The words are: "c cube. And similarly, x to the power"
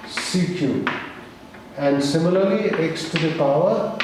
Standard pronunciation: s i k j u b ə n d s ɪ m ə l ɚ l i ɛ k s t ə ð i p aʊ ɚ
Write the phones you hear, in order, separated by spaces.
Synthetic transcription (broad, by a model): s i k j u ə n d s ɪ m ə l ɚ l i ɛ k s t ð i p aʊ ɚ